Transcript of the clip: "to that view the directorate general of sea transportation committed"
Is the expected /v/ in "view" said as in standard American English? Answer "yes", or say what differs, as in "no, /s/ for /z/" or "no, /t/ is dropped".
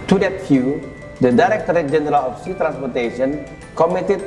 no, /f/ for /v/